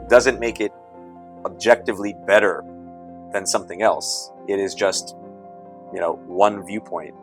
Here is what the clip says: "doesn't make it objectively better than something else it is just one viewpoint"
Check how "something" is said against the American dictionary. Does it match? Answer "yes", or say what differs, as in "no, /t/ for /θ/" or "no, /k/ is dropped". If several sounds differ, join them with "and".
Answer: yes